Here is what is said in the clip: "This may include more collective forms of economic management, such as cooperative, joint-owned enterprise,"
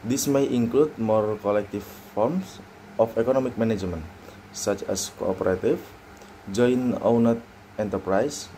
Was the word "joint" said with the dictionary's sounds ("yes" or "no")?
no